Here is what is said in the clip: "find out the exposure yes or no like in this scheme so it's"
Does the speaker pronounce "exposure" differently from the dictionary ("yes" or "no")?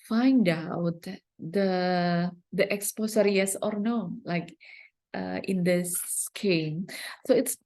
yes